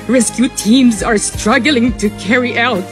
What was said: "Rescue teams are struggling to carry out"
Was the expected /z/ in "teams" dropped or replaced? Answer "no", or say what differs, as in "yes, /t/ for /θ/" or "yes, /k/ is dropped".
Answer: no